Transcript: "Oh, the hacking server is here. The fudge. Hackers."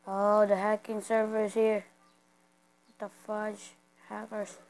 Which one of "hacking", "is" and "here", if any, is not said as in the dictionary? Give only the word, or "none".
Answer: is